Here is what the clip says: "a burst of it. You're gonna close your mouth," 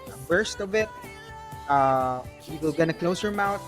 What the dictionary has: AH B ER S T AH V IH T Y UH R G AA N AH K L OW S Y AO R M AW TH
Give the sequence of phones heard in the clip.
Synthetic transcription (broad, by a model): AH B ER S T AH V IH T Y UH L G AA N AH K L OW S Y AO R M AW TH